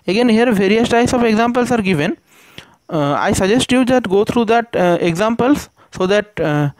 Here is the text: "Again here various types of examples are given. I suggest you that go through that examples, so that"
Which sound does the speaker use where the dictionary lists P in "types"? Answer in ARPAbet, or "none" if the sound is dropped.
none